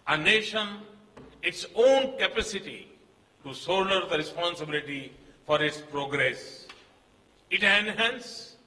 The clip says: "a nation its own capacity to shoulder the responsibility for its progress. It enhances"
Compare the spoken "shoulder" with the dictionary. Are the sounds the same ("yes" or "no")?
no